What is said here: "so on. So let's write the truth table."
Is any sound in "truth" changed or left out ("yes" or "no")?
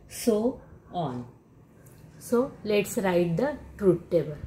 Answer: yes